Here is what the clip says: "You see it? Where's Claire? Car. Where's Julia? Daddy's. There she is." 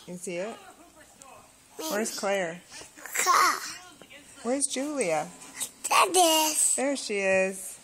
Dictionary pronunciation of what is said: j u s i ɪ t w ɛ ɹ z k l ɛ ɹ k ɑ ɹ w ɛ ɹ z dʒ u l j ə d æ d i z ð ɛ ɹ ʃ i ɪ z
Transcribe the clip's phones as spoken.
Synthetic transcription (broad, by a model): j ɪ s i ɪ t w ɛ ɹ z k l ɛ ɹ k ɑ w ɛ ɹ z dʒ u l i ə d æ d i s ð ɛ ɹ ʃ i ɪ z